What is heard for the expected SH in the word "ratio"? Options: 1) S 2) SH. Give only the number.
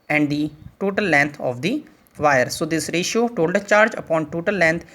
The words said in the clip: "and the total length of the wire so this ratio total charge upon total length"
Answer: 2